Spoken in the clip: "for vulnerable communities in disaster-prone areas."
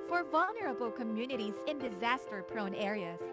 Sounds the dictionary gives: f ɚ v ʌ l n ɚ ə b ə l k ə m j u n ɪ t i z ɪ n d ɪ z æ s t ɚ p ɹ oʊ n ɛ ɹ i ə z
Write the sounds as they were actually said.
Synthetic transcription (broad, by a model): f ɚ v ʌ l n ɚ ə b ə l k ə m j u n ɪ t i z ɪ n d ɪ z æ s t ɚ p ɹ oʊ n ɛ ɹ i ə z